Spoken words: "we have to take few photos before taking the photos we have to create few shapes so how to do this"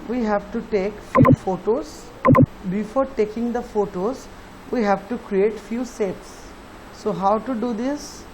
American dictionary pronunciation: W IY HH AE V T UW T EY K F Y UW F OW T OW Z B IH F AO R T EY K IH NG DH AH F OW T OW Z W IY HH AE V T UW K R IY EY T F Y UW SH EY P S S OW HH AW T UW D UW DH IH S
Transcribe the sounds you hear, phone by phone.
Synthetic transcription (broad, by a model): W IY HH AE V T UW T EY K F Y UW F OW T OW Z B IH F AO R T EY K IH NG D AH F OW T OW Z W IY HH AE V T UW K R IY EY T F Y UW S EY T S S OW HH AW T UW D UW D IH S